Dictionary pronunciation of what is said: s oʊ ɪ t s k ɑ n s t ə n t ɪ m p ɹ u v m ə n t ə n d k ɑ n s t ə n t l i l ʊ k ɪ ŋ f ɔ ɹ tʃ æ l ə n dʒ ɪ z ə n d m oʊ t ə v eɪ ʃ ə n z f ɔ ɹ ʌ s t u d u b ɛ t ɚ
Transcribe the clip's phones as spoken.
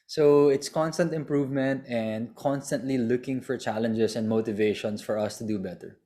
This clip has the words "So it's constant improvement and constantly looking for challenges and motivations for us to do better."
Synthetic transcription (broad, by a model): s oʊ ɪ t s k ɑ n s t ə n t ɪ m p ɹ u v m ə n t ə n d k ɑ n s t ə n t l i l ʊ k ɪ ŋ f ɔ ɹ tʃ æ l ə n dʒ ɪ s ə n d m oʊ t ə v eɪ ʃ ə n s f ɔ ɹ ʌ s t u d u b ɛ t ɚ